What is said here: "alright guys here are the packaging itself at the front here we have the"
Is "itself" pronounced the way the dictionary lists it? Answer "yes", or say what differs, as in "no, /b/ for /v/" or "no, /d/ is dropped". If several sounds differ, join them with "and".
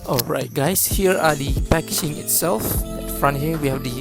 yes